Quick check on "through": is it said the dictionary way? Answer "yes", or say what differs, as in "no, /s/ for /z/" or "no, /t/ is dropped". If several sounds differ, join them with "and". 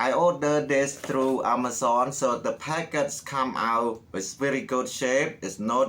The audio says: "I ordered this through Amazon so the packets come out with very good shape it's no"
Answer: no, /t/ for /θ/